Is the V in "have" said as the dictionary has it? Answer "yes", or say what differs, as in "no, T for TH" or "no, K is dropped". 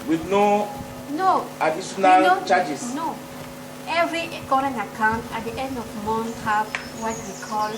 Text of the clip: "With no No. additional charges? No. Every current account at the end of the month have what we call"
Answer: no, F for V